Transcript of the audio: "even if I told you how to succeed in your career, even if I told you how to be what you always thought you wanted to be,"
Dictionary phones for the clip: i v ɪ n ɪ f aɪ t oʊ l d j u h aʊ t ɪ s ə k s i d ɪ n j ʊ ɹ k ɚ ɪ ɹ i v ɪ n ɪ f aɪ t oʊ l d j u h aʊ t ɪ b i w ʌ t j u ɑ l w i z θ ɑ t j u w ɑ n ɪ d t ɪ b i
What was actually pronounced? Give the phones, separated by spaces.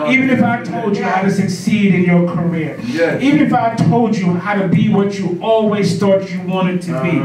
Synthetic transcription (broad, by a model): i v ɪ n ɪ f aɪ t oʊ l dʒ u h aʊ t ɪ s ə k s i d ɪ n j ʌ ɹ k ɚ ɪ ɹ i v ɪ n ɪ f aɪ t oʊ l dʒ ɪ h aʊ t ɪ b i w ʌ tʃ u ɑ l w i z t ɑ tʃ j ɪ w ɑ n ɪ d t ɪ b i